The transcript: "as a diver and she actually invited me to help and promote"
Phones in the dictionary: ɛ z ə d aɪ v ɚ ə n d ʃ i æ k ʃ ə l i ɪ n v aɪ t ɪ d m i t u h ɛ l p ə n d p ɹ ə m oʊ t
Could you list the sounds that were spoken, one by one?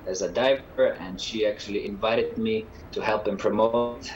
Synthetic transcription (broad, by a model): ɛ z ə d aɪ v ɚ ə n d ʃ i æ k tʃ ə l i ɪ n v aɪ t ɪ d m i t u h ɛ l p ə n p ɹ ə m oʊ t